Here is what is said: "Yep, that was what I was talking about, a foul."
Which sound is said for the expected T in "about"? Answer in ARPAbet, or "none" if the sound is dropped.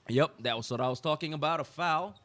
T